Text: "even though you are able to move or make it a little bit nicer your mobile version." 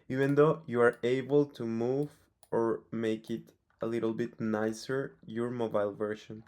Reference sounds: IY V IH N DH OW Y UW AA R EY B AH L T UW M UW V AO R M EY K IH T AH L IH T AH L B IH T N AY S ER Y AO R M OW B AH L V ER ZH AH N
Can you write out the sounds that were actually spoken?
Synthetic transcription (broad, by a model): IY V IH N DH OW Y UW AA R EY B AH L T UW M UW V AO R M EY K IH T AH L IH T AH L B IH T N AY S ER Y AO R M OW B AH L V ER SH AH N